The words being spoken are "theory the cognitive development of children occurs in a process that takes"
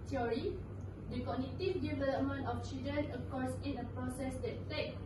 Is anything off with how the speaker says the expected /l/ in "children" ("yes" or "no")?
yes